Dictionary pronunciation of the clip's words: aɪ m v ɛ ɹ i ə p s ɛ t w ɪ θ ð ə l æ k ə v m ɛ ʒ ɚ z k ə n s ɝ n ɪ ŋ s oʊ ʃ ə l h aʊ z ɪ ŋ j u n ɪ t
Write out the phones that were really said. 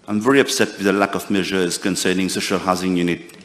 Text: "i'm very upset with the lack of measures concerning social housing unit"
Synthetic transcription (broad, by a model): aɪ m v ɛ ɹ i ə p s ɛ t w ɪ ð ə l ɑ k ə v m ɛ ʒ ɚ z k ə n s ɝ n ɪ ŋ s oʊ ʃ ə l h aʊ z ɪ ŋ j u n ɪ t